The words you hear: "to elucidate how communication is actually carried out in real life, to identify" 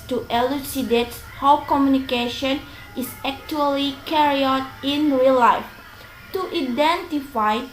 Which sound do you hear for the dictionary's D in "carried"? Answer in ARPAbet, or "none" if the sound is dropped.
none